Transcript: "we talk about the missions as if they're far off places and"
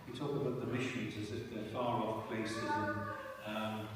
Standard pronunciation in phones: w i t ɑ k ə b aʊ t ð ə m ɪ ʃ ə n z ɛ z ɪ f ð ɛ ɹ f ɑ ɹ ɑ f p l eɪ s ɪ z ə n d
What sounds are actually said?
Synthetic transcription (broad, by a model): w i t ɑ k ə b aʊ t ð ə m ɪ ʃ ə n z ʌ z ɪ f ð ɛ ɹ f ɑ ɹ ɑ f p l eɪ s ɪ z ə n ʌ